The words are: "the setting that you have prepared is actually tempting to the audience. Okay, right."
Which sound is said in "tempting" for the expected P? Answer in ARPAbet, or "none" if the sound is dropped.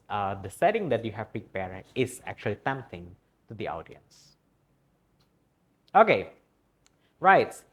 none